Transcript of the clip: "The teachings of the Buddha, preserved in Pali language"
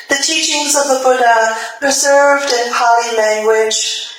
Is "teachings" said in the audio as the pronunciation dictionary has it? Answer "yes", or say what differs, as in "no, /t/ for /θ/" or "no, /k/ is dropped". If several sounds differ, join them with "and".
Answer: yes